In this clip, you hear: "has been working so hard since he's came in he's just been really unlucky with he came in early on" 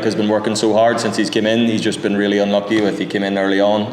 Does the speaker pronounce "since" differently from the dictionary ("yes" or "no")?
no